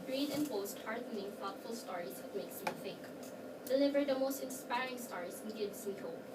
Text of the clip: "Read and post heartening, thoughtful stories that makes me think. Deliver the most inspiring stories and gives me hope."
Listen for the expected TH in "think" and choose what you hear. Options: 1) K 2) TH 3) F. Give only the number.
3